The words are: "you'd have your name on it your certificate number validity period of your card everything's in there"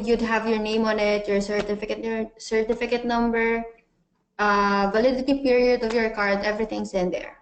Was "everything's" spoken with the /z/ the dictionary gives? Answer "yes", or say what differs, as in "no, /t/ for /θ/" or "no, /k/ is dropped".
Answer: no, /s/ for /z/